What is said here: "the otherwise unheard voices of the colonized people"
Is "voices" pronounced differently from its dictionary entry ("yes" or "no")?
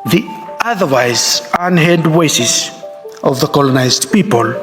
yes